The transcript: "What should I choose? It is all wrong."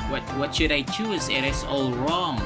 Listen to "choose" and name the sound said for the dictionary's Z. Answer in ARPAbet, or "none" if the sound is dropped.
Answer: Z